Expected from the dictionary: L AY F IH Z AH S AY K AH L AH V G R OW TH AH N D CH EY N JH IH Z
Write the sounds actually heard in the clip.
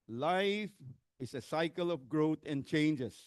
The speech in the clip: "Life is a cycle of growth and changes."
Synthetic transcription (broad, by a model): L AY F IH S AH S AY K AH L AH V G R OW T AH N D CH EY N JH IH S